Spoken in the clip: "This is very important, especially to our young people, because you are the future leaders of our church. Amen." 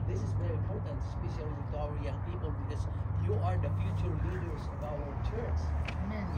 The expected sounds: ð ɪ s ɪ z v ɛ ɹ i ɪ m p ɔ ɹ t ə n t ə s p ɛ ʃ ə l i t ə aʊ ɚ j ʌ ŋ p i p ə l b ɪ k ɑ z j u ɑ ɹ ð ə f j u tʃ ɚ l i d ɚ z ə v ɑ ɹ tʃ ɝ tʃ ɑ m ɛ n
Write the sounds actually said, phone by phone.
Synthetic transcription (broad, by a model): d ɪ s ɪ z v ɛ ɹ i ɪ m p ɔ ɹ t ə n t s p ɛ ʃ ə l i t aʊ ɚ j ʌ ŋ p i p ə l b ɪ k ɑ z j u ɑ ɹ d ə f j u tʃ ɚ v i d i ə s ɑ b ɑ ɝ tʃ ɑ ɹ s